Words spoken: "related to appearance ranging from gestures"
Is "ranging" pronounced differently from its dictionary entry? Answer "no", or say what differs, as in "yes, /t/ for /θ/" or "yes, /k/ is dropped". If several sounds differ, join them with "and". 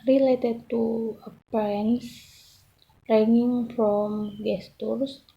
yes, /dʒ/ is dropped